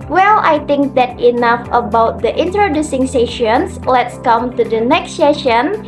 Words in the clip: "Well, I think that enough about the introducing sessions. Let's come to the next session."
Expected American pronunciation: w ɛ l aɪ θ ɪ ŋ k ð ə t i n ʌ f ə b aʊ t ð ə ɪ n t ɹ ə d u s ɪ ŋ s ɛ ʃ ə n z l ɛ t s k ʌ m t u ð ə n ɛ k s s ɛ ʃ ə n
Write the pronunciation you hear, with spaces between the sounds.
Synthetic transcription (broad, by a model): w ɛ l aɪ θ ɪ ŋ k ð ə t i n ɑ f ə b aʊ t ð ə ɪ n t ɹ ə d u s ɪ ŋ s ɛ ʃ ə n s l ɛ t s k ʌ m t u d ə n ɛ k s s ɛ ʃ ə n